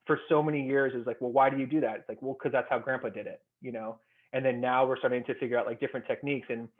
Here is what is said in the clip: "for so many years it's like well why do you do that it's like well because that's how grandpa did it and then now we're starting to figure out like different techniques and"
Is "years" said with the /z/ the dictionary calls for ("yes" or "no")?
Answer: yes